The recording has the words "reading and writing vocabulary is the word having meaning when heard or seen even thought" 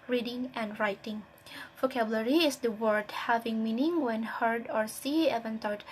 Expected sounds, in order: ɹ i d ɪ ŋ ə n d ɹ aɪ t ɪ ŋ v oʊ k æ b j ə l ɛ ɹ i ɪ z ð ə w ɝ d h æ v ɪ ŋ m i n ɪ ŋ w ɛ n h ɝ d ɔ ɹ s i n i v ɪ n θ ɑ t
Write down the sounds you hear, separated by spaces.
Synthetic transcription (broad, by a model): ɹ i d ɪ ŋ ə n d ɹ aɪ t ɪ ŋ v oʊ k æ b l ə ɹ i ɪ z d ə w ɝ d h æ v ɪ ŋ m i n ɪ ŋ w ɛ n h ɝ d ɔ ɹ s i ɛ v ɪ n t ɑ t